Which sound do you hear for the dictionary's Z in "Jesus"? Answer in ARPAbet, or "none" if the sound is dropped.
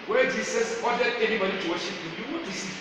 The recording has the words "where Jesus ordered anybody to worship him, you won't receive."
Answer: S